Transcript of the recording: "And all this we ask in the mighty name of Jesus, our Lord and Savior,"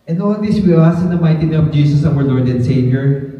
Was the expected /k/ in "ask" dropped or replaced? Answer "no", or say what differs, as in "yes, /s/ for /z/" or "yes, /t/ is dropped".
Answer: yes, /k/ is dropped